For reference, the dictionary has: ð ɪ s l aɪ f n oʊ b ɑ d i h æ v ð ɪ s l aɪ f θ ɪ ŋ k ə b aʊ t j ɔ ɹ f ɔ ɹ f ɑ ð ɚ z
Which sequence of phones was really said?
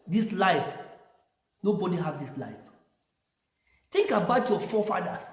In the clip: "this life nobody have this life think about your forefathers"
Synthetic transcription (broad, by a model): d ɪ s l aɪ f n oʊ b ɑ d i h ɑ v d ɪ s l aɪ f t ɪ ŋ k ə b aʊ t j ɔ f ɔ f ɑ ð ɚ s